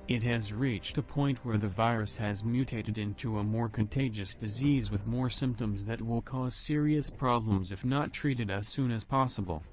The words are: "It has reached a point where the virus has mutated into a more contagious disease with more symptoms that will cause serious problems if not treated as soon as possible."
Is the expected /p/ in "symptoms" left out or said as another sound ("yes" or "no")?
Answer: no